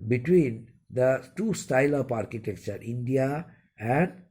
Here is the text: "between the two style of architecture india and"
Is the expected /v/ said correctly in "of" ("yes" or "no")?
no